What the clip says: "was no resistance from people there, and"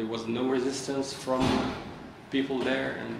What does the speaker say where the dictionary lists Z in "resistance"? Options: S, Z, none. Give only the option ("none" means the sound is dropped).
Z